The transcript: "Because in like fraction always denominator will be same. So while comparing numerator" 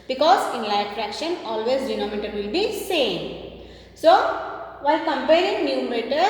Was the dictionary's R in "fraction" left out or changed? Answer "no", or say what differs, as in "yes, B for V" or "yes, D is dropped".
no